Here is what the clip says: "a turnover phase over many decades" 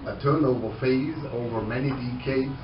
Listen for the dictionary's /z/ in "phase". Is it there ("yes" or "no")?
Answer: yes